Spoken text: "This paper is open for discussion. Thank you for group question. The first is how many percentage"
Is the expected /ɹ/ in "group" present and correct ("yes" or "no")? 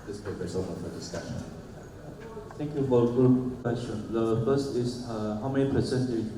no